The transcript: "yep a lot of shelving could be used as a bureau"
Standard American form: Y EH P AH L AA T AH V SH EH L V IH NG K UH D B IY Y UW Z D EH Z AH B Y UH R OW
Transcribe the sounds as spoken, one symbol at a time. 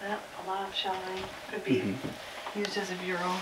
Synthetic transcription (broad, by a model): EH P AH L AA T AH V SH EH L IH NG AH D B IY Y UW Z D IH Z AH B Y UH R OW